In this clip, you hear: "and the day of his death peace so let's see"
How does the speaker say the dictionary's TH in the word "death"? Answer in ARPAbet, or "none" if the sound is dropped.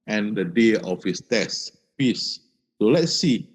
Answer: S